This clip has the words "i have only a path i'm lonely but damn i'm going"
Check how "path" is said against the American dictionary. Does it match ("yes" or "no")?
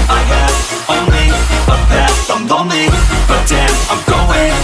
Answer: no